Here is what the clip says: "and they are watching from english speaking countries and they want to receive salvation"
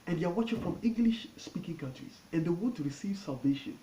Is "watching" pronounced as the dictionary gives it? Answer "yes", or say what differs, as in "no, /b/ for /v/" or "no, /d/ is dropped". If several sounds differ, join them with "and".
yes